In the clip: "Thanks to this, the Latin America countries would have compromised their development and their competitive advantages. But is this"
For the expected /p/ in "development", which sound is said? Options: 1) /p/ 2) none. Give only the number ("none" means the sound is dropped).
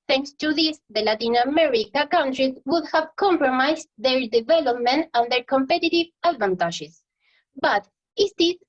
1